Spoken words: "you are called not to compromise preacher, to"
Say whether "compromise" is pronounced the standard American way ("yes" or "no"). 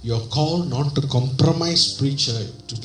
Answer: no